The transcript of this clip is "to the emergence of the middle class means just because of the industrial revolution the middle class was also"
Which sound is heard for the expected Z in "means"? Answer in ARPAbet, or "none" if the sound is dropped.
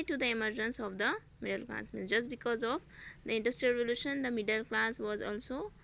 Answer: none